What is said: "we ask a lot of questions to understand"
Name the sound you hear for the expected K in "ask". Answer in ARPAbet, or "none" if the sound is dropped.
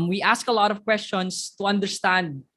K